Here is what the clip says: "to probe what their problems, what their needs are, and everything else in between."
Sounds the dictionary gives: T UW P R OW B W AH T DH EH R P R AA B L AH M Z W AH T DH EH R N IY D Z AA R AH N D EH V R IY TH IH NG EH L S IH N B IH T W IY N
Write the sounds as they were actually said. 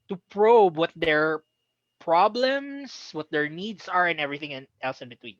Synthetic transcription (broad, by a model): T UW P R OW B W AH T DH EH R P R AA B L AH M S W AH T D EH R N IY D S AA R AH N EH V R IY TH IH NG EH L S IH N B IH T W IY N